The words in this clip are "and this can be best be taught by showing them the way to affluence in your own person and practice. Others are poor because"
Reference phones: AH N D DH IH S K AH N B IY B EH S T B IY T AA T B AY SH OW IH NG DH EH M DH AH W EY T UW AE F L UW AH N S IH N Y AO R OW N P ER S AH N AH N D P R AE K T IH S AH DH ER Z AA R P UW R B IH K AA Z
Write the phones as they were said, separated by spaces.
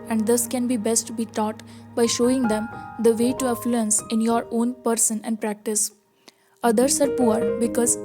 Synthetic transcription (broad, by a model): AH N D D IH S K AH N B IY B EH S T B IY T AA T B AY SH OW IH NG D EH M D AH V EY T UW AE F L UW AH N S IH N Y AO R OW N P ER S AH N AH N D P R AE K T IH S AH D ER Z AA R P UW R B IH K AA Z